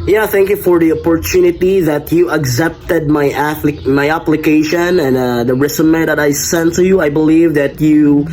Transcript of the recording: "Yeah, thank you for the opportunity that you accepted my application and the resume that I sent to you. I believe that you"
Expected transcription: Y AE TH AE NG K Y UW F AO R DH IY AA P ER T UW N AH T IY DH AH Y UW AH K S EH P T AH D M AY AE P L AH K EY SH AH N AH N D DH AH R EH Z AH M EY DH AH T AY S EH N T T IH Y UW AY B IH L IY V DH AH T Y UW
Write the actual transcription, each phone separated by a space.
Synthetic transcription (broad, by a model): Y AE TH AE NG K Y UW F AO R DH IY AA P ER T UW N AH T IY DH AH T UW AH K S EH P T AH D M AY AE P L AH K EY SH AH N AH N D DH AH R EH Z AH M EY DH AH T AY S EH N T T IH Y UW AY B IH L IY V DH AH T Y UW